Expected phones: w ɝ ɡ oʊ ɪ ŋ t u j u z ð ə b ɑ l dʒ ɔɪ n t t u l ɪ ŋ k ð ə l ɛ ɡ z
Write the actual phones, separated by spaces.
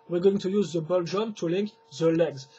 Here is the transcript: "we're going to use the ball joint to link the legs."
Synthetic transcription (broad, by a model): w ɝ ɡ oʊ ɪ ŋ t u j u z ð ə b ɑ l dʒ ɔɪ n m t u l ɪ ŋ k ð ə l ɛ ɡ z